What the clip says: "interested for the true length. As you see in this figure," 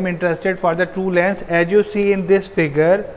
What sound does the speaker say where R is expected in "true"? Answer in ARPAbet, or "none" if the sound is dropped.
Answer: none